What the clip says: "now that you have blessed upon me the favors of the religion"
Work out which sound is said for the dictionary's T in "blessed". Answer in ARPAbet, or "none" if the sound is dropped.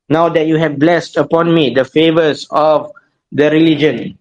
T